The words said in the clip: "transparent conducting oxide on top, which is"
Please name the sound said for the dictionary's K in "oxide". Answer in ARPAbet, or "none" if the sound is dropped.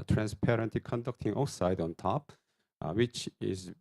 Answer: none